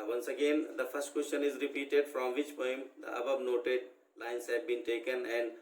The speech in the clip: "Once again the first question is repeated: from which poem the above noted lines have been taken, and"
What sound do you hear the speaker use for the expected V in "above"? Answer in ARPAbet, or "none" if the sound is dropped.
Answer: B